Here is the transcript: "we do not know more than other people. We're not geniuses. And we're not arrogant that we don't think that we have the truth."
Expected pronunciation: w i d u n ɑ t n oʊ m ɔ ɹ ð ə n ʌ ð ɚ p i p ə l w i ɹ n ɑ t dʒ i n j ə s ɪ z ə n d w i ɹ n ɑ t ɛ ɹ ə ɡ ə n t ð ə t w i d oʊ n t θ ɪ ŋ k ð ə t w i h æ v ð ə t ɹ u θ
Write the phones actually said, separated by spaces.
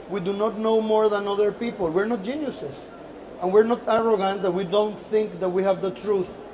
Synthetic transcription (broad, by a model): w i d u n ɑ t n oʊ m ɔ ɹ ð ə n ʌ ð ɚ p i p ə l w i ɹ n ɑ t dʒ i n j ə s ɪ s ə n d w i ɹ n ɑ t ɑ ɹ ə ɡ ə n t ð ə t w i d oʊ n t θ ɪ ŋ k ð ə t w i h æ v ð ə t ɹ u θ